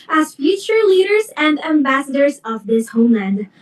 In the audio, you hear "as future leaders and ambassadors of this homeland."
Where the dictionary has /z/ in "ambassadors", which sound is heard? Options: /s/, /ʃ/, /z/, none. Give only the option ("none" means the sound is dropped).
/z/